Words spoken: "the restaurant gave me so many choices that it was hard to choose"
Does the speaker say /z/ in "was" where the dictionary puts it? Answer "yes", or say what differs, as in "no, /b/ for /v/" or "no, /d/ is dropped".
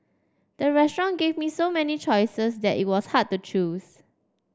no, /s/ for /z/